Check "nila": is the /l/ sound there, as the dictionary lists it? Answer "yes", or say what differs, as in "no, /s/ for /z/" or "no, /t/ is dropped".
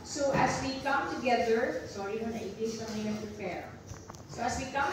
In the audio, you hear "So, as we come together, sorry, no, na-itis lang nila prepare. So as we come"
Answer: no, /n/ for /l/